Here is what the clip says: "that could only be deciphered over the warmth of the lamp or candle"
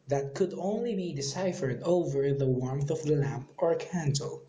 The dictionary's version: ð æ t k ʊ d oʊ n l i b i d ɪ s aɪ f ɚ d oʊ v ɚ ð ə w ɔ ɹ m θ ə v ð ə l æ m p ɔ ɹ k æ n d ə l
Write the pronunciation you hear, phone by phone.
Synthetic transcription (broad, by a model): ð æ t k ʊ d oʊ n l i b i d ɪ s aɪ f ɚ d oʊ v ɚ ð ə w ɔ ɹ m θ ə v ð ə l æ m p ɔ ɹ k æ n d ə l